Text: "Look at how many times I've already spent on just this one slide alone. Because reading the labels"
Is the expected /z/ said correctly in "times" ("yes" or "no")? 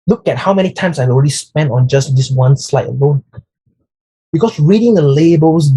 no